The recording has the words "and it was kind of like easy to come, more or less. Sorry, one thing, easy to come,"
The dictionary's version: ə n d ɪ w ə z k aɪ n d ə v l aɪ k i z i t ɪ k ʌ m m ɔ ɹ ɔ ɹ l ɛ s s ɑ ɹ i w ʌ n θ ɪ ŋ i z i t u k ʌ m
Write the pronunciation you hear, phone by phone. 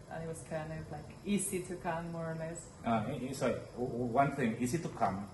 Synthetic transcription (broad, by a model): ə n ɪ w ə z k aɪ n ə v l aɪ k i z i t ɪ k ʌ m m ɔ ɹ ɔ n l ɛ s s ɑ i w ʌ n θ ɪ ŋ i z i t u k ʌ m